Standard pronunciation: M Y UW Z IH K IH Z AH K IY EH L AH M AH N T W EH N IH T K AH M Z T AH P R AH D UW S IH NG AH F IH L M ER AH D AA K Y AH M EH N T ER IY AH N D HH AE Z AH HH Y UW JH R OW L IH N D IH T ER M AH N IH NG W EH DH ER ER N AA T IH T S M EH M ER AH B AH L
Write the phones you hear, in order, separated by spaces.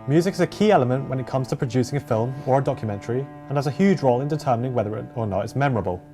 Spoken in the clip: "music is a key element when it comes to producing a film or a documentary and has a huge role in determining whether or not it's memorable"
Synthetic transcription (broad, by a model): M Y UW Z IH K IH Z AH K IY EH L AH M AH N T W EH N IH T K AH M Z T AH P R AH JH UW S IH NG AH F IH L M ER AH D AA K Y AH M EH N T ER IY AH N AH Z AH HH Y UW JH R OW L IH N D IH T ER M AH N IH NG W EH DH ER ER N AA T IH T S M EH M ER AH B AH L